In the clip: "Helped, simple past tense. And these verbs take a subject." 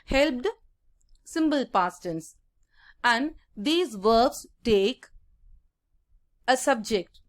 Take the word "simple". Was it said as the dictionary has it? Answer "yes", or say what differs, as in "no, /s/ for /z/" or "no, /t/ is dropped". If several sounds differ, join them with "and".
no, /b/ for /p/